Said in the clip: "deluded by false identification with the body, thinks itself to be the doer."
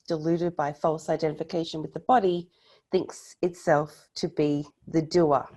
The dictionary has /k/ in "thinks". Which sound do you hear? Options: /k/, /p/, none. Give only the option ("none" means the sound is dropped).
/k/